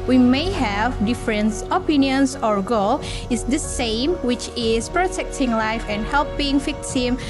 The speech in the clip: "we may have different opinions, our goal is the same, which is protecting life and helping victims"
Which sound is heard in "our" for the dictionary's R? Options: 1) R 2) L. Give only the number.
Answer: 1